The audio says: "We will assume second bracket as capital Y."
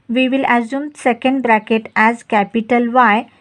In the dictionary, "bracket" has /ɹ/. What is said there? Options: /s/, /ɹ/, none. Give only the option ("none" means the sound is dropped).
/ɹ/